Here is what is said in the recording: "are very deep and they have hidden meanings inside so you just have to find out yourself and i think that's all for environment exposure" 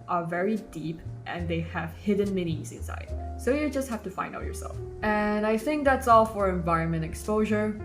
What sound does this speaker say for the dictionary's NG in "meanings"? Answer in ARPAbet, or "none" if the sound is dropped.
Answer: none